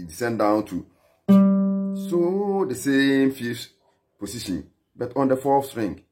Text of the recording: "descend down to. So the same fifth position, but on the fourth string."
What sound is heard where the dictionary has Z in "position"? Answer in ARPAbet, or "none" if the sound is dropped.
S